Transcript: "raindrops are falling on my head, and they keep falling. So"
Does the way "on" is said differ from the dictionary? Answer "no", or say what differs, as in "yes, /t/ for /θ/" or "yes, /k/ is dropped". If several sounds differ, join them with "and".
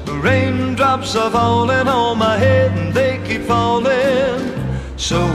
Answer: yes, /l/ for /n/